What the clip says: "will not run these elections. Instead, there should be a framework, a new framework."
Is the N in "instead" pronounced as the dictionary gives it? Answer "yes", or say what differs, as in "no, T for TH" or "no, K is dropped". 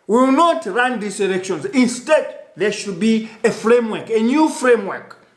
yes